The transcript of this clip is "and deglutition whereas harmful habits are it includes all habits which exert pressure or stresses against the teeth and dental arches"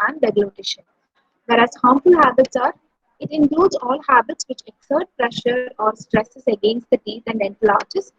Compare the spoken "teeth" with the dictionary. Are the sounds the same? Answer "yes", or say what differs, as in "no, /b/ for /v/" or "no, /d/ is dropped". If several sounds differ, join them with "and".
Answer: no, /t/ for /θ/